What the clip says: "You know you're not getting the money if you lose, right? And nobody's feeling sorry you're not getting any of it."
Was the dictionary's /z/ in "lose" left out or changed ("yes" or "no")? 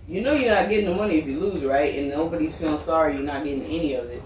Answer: no